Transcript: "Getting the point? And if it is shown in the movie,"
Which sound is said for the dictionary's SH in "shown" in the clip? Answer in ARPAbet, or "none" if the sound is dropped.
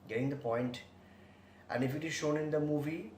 SH